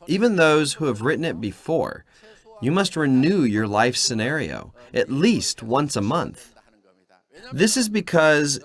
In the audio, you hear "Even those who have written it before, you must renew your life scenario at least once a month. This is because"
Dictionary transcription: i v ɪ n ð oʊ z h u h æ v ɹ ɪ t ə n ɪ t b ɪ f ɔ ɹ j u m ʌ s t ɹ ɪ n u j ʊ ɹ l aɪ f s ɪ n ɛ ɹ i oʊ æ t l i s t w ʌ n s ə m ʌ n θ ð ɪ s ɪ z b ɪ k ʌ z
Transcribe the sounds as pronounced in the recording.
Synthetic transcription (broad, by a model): i v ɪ n ð oʊ z h u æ v ɹ ɪ t n ɪ t b ɪ f ɔ ɹ j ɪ m ʌ s t ɹ ɪ n u j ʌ ɹ l aɪ f s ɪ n ɛ ɹ i oʊ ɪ t l i s t w ʌ n s ə m ʌ n θ ð ɪ s ɪ z b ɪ k ʌ z